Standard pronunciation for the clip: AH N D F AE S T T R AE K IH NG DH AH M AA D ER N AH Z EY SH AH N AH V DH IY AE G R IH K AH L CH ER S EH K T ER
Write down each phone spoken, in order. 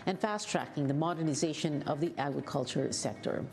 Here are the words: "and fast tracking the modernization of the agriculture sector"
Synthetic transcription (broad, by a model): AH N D F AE S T T R AE K IH NG DH AH M AA D ER N AH Z EY SH AH N AH V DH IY AE G R IH K AH L CH ER S EH K T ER